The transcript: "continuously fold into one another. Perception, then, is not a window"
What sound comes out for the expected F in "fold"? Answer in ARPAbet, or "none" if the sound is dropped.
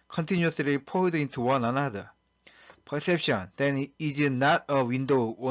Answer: P